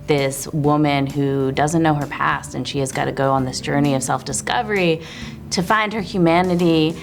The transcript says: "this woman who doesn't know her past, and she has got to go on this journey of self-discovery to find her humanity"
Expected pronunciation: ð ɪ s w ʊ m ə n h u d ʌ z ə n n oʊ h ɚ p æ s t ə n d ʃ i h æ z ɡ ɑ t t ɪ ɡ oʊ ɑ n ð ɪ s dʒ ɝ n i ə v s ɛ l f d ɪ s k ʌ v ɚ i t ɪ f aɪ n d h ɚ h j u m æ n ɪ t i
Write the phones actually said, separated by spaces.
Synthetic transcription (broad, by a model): ð ɪ s w ʊ m ə n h u d ʌ z ə n n oʊ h ɚ p æ s t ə n ʃ i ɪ z ɡ ɑ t t ɪ ɡ oʊ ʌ n ð ɪ s dʒ ɝ n i ə v s ɛ l f d ɪ s k ʌ v ɚ i t ɪ f aɪ n d h ɚ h j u m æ n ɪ t i